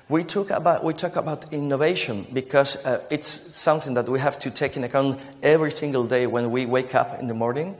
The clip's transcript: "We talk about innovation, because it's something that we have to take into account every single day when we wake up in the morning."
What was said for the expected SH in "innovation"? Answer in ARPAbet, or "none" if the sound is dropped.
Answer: SH